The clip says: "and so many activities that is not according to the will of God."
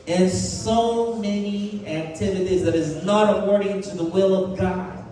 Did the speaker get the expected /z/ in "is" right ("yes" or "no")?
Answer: yes